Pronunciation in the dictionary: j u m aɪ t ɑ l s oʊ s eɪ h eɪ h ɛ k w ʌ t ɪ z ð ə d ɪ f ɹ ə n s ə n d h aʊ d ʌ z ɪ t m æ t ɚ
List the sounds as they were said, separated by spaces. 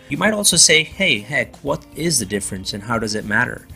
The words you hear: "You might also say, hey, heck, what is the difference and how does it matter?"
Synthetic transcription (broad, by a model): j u m aɪ t ɑ l s oʊ s eɪ h eɪ h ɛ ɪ w ʌ t ɪ z ð ə d ɪ f ɹ ə n s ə n h aʊ d ʌ z ɪ t m æ t ɚ